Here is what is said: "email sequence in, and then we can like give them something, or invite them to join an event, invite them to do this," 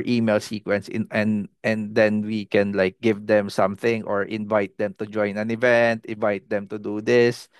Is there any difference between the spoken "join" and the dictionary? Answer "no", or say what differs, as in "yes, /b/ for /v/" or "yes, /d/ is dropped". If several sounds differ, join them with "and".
no